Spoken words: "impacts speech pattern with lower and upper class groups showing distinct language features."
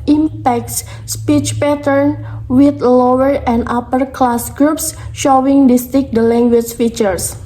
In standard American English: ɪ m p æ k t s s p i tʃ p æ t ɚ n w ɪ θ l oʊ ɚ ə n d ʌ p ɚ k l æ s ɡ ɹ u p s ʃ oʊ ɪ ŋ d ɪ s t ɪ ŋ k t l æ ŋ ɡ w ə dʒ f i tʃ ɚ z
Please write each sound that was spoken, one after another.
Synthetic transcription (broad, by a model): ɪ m p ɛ k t s s p i tʃ p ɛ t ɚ n w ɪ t l oʊ ɚ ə n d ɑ p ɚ k l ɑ s ɡ ɹ u p s ʃ oʊ ɪ ŋ d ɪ s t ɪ k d l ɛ ŋ ɡ w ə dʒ f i tʃ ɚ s